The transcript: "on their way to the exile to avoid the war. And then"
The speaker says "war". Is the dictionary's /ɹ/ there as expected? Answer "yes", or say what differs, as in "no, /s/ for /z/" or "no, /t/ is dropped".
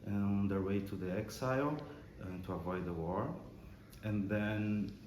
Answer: yes